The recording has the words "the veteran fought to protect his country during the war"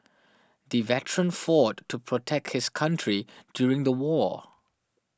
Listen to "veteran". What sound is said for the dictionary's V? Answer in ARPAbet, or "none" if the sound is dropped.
V